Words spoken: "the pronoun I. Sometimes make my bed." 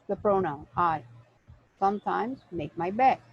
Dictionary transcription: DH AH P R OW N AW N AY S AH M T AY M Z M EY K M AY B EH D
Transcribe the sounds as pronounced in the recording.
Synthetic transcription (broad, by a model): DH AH P R OW N AW N AY S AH M T AY M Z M EY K M AY B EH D